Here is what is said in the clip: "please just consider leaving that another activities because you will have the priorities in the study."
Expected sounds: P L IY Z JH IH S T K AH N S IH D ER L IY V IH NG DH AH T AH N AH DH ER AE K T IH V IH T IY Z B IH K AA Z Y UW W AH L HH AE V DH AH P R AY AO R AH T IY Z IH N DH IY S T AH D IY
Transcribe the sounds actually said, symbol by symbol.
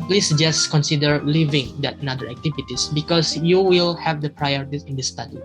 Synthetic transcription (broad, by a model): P L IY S JH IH S K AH N S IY D ER L IY V IH NG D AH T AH N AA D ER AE K T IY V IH T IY S B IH K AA S Y UW W AH L HH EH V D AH P R AY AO R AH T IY IH N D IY S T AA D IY